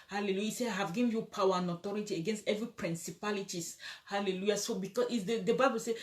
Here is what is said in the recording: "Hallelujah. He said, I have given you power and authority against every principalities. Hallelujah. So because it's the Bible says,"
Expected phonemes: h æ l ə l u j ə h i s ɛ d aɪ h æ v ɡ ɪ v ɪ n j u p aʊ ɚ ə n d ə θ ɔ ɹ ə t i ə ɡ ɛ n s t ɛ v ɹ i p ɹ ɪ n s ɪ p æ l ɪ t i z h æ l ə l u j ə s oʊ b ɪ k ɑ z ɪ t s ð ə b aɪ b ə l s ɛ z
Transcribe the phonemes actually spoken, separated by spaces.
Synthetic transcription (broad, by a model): h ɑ l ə l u j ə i s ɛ aɪ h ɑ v ɡ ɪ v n j u p aʊ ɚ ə n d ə t ɔ ɹ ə t i ə ɡ ɛ n s t ɛ v ɹ i p ɹ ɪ n s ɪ p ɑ l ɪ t i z h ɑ l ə l u j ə s oʊ b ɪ k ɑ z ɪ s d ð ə b aɪ b ə l s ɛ